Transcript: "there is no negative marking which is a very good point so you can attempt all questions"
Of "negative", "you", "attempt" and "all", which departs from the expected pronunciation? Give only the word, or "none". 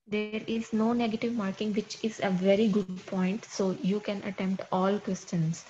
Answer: none